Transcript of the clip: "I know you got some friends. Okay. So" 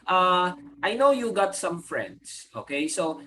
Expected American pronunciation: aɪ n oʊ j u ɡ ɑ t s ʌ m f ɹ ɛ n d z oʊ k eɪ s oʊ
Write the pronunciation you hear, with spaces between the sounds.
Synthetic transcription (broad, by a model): aɪ n oʊ j u ɡ ɑ t s ʌ m f ɹ ɛ n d s oʊ k eɪ s oʊ